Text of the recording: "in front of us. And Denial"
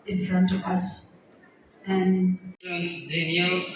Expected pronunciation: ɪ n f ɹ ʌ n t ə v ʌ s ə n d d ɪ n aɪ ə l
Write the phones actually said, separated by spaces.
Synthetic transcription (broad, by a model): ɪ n f ɹ ʌ n t ə v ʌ s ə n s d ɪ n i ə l